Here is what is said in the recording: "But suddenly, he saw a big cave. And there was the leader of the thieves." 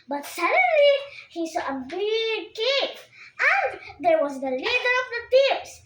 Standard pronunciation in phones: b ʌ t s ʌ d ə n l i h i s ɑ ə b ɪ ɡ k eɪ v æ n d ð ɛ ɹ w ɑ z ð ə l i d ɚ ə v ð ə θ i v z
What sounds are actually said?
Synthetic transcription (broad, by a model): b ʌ t s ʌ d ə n l i h i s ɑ ə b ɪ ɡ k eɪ p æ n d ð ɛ ɹ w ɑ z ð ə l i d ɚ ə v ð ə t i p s